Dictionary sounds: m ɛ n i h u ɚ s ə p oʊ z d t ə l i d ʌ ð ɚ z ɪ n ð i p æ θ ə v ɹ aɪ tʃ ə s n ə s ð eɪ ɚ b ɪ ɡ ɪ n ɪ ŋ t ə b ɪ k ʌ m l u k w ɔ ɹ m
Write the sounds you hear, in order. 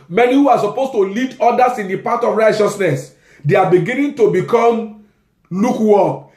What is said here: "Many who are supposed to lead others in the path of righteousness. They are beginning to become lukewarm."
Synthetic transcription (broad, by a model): m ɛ n i h u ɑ s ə p oʊ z t ə l i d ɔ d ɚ s ɪ n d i p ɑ t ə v ɹ aɪ tʃ ə s n ə s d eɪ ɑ b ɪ ɡ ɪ n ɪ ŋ t ə b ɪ k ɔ m l u k w ɔ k